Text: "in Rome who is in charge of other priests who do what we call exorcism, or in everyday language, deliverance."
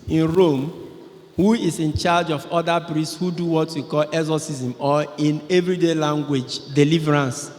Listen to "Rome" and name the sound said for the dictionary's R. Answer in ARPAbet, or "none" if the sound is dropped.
R